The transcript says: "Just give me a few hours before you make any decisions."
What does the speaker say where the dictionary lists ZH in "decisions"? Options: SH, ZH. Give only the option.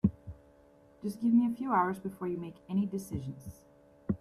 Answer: ZH